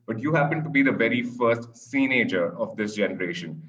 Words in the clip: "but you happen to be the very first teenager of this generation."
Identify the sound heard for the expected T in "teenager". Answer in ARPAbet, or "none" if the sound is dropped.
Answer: S